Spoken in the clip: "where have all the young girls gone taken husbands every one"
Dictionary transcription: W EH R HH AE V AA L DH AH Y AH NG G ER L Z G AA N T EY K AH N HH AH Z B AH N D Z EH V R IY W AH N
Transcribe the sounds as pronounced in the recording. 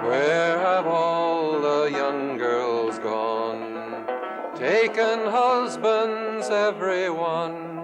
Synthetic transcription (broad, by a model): W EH R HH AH V AA L DH AH Y AH NG G ER L Z G AA N T EY K AH N HH AH Z B AH N D Z EH V R IY W AH N